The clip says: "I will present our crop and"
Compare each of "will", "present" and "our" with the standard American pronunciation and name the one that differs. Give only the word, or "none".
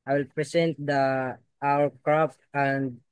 present